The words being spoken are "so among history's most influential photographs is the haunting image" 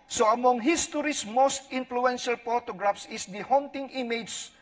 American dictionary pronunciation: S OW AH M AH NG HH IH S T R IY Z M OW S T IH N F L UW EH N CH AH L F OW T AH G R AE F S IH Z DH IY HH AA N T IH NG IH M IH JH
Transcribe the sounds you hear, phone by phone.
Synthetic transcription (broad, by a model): S OW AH M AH NG HH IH S T R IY S M OW S T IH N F L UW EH N SH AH L P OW T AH G R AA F S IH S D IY HH AA N T IH NG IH M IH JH